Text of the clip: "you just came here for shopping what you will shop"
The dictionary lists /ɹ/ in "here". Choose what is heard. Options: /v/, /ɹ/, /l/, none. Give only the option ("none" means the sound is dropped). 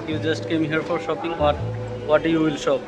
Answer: /ɹ/